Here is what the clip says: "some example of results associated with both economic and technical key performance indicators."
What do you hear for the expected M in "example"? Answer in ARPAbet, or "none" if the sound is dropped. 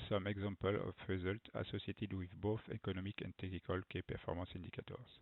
none